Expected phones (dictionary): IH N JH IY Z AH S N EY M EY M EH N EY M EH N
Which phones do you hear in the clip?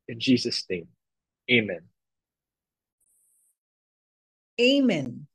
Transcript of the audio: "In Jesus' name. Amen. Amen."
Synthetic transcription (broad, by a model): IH N JH IY Z AH S N EY M EY M EH N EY M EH N